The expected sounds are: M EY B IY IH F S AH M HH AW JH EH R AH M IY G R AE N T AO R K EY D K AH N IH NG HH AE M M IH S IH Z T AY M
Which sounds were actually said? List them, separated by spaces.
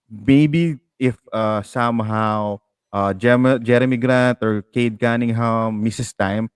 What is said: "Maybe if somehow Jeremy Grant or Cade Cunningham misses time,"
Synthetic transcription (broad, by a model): M EY B IY IH F S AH M HH AW JH EH R AH M IY G R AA N T AO R K EY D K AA N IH NG HH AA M M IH S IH S T AY M